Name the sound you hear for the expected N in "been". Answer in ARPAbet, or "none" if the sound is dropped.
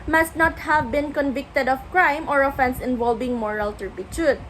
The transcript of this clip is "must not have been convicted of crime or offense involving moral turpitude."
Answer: N